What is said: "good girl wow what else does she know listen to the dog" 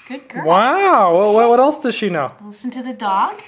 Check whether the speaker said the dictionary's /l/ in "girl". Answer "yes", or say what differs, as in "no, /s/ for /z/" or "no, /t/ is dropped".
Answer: no, /w/ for /l/